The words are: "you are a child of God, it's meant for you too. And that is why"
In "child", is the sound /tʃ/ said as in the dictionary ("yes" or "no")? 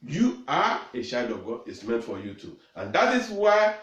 no